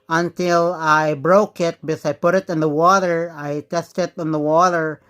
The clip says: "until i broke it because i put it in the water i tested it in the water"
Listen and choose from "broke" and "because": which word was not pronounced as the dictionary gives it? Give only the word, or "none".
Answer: because